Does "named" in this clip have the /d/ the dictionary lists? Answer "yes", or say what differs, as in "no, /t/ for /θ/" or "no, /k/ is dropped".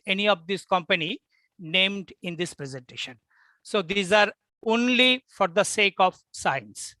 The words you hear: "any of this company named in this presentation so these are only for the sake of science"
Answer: yes